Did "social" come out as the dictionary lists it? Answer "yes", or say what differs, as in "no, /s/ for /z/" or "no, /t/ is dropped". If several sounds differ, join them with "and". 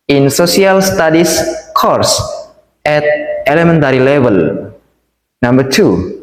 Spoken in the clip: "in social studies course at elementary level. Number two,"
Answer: no, /s/ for /ʃ/